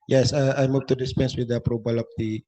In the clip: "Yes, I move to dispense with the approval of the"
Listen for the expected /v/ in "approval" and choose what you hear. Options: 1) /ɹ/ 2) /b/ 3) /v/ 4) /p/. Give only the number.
2